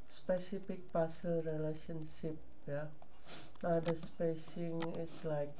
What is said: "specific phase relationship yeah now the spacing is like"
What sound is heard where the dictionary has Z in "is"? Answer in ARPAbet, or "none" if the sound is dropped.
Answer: S